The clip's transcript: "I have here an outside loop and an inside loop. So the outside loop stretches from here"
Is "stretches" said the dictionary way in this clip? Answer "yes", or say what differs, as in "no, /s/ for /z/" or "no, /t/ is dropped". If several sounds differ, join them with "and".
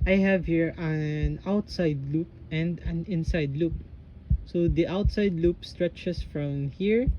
no, /s/ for /z/